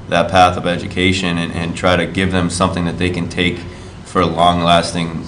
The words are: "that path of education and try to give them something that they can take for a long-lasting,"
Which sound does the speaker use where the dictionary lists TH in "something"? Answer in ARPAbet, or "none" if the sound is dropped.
TH